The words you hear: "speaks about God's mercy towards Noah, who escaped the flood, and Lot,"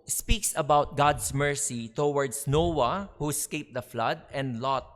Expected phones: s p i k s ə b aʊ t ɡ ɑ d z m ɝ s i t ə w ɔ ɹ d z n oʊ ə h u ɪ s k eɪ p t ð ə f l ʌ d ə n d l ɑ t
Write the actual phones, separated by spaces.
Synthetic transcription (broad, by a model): s p i k s ə b aʊ t ɡ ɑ d s m ɝ s i t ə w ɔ ɹ d s n oʊ ə h u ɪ s k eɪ p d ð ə f l ʌ d ə n d l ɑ t